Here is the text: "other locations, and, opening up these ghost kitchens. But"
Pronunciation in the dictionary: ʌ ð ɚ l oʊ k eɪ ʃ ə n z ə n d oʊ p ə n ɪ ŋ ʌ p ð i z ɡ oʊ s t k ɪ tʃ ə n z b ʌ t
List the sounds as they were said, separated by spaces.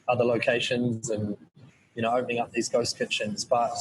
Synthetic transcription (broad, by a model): ʌ ð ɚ l oʊ k eɪ ʃ ə n z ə n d oʊ p ə n ɪ ŋ ʌ p ð i z ɡ oʊ s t k ɪ tʃ ə n z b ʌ t